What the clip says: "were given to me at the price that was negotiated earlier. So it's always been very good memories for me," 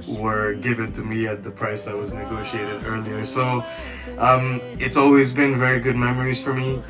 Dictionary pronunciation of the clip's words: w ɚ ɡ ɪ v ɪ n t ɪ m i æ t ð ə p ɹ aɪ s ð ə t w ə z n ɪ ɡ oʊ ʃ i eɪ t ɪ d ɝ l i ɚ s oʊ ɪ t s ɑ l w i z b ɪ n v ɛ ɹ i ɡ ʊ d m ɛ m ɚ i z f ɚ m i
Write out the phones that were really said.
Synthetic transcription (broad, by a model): w ɚ ɡ ɪ v ɪ n t ɪ m i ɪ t ð ə p ɹ aɪ s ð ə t w ə z n ɪ ɡ oʊ ʃ i eɪ t ɪ d ɝ l i ɚ s oʊ ɪ t s ɑ l w i z b ɪ n v ɛ ɹ i ɡ ʊ d m ɛ m ɚ i z f ɚ m i